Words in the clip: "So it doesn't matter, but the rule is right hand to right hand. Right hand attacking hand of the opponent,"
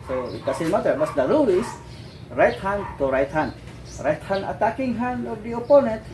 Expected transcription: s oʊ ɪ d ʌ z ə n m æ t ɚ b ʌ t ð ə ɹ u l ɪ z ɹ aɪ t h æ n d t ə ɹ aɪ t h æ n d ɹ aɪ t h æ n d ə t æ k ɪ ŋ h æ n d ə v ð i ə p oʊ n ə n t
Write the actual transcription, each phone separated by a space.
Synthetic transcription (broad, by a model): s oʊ ɪ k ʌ s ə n m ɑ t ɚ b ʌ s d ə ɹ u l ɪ s ɹ aɪ t h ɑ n t ə ɹ aɪ t h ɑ n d ɹ aɪ t h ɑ n ə t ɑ k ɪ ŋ h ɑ n ə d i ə p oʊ n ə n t